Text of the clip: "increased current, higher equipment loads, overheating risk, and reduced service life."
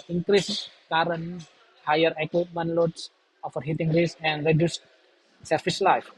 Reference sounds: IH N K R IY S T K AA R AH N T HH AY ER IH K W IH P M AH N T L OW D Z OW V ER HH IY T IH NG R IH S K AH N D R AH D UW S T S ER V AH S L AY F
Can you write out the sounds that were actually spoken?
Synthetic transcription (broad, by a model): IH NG K R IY S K AA R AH N HH AY ER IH K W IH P M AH N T L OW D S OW F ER HH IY T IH NG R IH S AH N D R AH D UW S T S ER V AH S L AY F